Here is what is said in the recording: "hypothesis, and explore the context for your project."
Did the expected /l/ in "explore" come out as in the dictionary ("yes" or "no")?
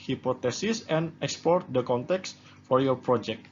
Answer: no